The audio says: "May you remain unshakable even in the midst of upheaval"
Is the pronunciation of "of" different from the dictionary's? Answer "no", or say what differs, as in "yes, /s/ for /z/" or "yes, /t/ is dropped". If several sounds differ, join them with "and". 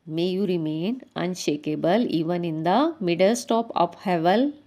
yes, /p/ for /v/